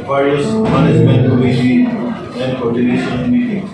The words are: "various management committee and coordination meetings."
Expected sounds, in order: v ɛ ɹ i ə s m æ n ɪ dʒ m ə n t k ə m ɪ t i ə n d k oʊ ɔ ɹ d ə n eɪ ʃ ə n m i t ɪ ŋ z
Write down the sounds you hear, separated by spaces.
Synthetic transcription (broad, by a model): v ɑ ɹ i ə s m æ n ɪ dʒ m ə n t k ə i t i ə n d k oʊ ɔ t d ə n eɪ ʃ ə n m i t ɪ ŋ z